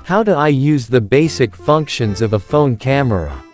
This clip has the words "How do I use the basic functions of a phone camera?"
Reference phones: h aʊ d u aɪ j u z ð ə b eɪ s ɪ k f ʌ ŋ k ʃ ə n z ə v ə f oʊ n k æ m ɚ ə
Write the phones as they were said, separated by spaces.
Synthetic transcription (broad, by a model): h aʊ d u aɪ j u z ð ə b eɪ s ɪ k f ʌ ŋ k ʃ ə n z ə v ə f oʊ n k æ m ɚ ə